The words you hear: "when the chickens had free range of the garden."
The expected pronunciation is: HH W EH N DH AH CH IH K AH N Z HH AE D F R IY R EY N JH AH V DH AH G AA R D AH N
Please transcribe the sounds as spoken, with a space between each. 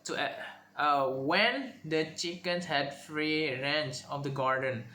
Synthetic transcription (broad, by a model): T W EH N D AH CH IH K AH N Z HH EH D F R IY R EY N CH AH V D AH G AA R D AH N